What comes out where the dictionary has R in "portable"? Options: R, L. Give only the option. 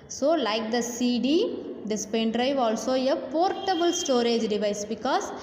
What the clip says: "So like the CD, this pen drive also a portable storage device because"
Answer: R